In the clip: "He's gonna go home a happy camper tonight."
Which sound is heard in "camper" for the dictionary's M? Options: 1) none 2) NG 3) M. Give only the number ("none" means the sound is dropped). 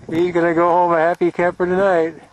1